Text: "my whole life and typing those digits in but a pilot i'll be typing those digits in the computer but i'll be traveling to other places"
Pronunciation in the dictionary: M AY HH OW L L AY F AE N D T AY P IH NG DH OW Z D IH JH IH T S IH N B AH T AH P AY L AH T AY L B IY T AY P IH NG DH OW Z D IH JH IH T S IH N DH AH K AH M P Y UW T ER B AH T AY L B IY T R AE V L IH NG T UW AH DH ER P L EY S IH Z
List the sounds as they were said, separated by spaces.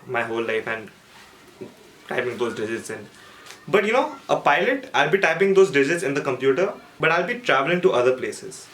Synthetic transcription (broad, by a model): M AY HH OW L L AY F AE N D T AY P IH NG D OW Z D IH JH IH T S IH N B AH T AH P AY L AH T AY L B IY T AY P IH NG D OW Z D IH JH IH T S IH N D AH K AH M P Y UW T ER B AH T AY L B IY T R AE V L IH NG T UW AH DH ER P L EY S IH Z